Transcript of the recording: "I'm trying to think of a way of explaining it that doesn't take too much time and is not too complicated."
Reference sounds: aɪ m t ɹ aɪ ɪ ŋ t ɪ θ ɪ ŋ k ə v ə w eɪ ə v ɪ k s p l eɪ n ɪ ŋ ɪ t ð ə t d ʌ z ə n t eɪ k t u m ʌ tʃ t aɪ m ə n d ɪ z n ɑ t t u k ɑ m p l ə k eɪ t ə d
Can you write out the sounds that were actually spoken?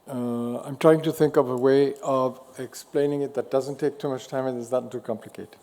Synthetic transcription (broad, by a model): aɪ m t ɹ aɪ ɪ ŋ t ɪ θ ɪ ŋ k ə v ə w eɪ ə v ɪ k s p l eɪ n ɪ ŋ ɪ t ð ə t d ʌ z ə n t eɪ k t u m ʌ tʃ t aɪ m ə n ɪ z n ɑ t t u k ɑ m p l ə k eɪ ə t